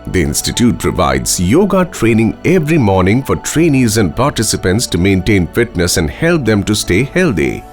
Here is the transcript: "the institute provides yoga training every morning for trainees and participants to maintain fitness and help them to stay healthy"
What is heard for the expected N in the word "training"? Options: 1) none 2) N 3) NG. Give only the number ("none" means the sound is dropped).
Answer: 2